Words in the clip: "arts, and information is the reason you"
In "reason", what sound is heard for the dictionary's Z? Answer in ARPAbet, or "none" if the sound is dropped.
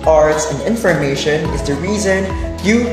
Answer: Z